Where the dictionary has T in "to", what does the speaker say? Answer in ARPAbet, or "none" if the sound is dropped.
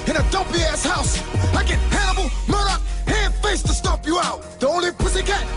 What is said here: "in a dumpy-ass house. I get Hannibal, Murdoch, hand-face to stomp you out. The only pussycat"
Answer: T